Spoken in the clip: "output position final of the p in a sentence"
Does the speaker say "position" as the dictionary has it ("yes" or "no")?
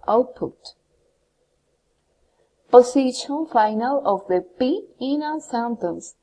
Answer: no